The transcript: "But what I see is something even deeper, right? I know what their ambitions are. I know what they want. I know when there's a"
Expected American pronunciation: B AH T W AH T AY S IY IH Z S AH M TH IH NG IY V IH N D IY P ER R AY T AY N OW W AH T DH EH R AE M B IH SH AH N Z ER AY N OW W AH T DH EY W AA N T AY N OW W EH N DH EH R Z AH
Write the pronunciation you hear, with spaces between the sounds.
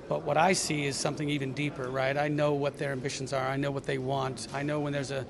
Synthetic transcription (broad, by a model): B AH T W AH T AY S IY IH Z S AH M TH IH NG IY V IH N D IY P ER R AY T AY N OW W AH T DH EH R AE M B IH SH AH N Z ER AY N OW W AH T DH EY W AA N T AY N OW W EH N DH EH R Z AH